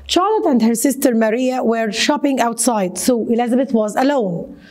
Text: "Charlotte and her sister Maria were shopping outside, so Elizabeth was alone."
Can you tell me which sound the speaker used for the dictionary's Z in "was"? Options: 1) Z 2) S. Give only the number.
1